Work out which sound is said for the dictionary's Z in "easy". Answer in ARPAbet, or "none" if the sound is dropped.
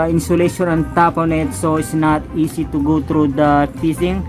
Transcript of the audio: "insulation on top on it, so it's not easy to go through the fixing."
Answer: S